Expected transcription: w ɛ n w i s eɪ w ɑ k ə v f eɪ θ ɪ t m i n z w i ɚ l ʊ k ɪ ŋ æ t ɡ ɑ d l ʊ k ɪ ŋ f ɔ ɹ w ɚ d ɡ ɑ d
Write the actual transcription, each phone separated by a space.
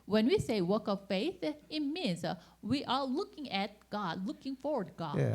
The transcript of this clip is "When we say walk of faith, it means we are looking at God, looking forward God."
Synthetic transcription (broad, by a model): w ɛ n w i s eɪ w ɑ k ə v f eɪ θ ɪ t m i n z w i ɚ l ʊ k ɪ ŋ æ t ɡ ɑ d l ʊ k ɪ ŋ f ɔ ɹ w ɚ d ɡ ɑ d